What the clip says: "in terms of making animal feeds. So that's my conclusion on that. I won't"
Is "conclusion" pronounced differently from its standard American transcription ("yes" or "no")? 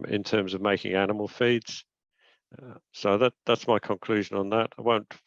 no